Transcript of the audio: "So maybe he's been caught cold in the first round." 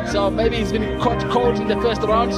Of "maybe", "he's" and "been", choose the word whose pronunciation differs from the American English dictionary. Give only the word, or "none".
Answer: none